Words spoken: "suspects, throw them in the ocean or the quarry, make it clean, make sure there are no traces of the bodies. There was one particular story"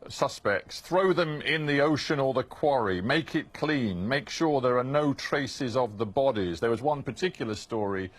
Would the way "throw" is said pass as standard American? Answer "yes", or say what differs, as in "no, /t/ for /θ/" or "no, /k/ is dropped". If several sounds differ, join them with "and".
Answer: yes